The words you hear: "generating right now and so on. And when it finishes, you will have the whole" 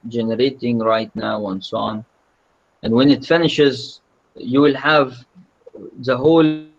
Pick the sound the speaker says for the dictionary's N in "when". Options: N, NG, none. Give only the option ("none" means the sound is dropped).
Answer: N